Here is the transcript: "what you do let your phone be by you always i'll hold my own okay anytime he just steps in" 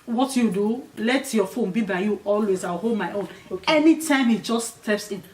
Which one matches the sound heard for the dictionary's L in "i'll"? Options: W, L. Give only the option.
W